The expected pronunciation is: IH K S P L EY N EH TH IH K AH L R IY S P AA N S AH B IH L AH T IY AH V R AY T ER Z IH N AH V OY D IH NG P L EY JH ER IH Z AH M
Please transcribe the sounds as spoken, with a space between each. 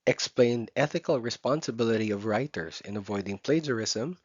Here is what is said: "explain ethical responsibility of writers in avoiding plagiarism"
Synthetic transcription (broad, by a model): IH K S P L EY N EH TH IH K AH L R IY S P AA N S AH B IH L AH T IY AH V R AY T ER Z IH N AH V OY D IH NG P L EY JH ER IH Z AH M